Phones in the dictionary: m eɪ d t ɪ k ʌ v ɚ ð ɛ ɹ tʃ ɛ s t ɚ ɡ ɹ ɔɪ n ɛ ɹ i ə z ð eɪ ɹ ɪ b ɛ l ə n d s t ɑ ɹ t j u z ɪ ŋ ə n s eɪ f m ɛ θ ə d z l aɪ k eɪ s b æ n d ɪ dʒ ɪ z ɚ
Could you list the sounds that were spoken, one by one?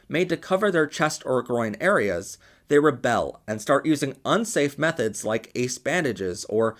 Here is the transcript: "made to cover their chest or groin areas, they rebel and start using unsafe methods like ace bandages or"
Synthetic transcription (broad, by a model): m eɪ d t ɪ k ʌ v ɚ ð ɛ ɹ tʃ ɛ s t ɚ ɡ ɹ ɔɪ n ɛ ɹ i ə z ð eɪ ɹ ɪ b ɛ l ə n s t ɑ ɹ t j u z ɪ ŋ ə n s eɪ f m ɛ θ ə d z l aɪ k eɪ s b æ n d ɪ dʒ ɪ z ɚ